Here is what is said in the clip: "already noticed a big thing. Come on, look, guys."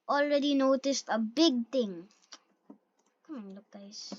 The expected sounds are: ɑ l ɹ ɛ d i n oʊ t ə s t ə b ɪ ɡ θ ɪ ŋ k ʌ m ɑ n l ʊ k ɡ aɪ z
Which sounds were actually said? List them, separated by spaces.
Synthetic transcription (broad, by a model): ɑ l ɹ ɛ d i n oʊ t ə s t ə b ɪ ɡ t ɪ ŋ k ʌ m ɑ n l ʊ k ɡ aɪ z